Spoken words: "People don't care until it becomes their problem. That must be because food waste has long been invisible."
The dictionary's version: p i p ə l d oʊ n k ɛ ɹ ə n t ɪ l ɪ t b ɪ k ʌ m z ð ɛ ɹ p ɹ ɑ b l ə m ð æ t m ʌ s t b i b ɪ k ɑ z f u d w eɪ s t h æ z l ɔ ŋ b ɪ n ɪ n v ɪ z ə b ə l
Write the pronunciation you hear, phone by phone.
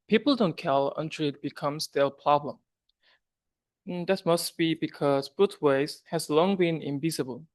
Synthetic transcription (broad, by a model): p i p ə l d oʊ n k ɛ l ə n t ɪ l ɪ t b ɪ k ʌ m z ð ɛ p ɹ ɑ b l ə m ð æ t m ʌ s t b i b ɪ k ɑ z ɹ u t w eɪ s h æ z l ɔ ŋ b ɪ n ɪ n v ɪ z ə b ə l